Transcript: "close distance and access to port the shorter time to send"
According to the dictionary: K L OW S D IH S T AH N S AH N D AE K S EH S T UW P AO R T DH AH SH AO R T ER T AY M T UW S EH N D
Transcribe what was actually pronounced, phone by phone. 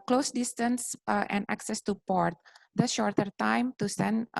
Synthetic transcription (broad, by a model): K L OW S D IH S T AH N S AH N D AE K S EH S T UW P AO R T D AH SH AO R T ER T AY M T UW S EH N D